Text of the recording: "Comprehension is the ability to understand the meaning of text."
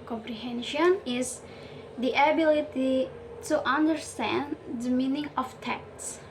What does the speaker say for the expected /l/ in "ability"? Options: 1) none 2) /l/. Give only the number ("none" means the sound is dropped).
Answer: 2